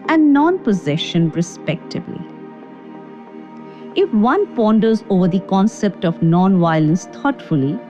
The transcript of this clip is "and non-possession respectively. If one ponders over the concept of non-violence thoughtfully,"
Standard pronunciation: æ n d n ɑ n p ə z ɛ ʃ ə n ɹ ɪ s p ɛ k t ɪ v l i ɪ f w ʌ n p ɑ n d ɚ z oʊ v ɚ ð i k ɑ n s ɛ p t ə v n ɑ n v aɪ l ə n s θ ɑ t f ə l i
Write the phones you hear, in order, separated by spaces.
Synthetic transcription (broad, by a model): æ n n ɑ n p ə z ɛ ʃ ə n ɹ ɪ s p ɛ k t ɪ b l i ɪ f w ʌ n p ɑ n d ɚ z oʊ v ɚ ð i k ɑ n s ɛ p t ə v n ɑ n v aɪ l ə n s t ɑ t f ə l i